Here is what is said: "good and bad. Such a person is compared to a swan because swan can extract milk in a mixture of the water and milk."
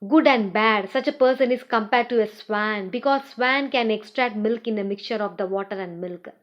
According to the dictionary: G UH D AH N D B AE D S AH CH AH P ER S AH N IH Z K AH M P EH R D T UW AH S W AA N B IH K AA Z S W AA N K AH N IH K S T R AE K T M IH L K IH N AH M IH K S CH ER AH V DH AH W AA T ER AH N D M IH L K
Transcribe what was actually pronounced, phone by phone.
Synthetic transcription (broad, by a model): G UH D AH N D B AE D S AH CH AH P ER S AH N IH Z K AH M P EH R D T UW AH S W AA N B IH K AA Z S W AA N K AH N IH K S T R AE K T M IH L K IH N AH M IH K CH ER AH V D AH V AA T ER AH N D M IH L K